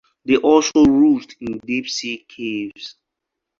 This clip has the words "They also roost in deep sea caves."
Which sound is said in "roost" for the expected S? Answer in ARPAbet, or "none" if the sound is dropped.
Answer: none